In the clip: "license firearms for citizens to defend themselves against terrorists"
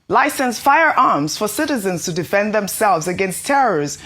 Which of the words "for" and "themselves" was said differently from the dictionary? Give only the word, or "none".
none